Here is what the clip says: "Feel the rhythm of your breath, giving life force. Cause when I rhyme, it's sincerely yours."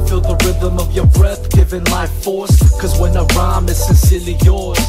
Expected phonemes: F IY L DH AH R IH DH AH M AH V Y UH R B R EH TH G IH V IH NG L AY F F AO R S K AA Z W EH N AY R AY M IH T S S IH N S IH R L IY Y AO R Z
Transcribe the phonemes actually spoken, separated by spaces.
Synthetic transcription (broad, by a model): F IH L DH AH R IH DH AH M AH V Y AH R B R EH TH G IH V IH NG L AY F F AO R S K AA Z W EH N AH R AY M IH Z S S IH N S IH R L IY Y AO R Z